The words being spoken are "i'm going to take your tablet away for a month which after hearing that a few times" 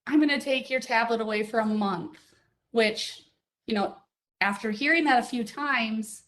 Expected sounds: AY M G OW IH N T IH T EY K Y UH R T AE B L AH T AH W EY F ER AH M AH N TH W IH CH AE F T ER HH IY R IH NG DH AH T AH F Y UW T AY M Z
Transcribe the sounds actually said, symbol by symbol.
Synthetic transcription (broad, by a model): AY M G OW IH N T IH T EY K Y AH R T AE B L AH T AH W EY F ER AH M AH N TH W IH CH AE F T ER HH IY R IH NG DH AH T AH F Y UW T AY M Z